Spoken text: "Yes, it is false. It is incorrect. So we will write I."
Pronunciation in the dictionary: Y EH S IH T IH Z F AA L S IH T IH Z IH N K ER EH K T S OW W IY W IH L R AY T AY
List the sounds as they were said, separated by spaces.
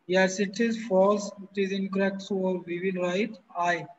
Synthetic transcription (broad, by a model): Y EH S IH T IH Z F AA S IH T IH Z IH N K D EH K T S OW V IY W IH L R AY T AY